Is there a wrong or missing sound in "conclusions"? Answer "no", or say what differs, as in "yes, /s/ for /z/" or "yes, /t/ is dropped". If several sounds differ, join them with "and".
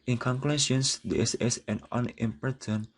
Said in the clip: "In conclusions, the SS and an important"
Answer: yes, /s/ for /ʒ/